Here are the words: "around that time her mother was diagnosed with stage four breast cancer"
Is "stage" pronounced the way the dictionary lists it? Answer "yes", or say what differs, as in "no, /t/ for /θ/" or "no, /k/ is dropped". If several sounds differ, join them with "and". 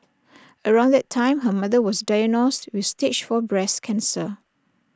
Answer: no, /tʃ/ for /dʒ/